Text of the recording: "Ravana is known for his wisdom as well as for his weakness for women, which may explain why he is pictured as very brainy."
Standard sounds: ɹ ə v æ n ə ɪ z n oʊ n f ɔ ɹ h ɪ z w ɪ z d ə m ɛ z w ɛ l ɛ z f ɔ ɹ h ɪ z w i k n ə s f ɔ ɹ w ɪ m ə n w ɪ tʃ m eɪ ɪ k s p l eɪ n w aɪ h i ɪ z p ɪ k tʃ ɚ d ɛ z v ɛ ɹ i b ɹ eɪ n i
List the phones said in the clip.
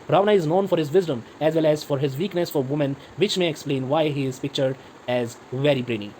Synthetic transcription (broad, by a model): ɹ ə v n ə ɪ z n oʊ n f ɔ ɹ h ɪ z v ɪ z d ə m ɛ z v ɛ l ɛ z f ɔ ɹ h ɪ z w i k n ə s f ɔ ɹ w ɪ m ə n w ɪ tʃ m eɪ ɪ k s p l eɪ n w aɪ h i ɪ z p ɪ k tʃ ɚ d ɛ z v ɛ ɹ i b ɹ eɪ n i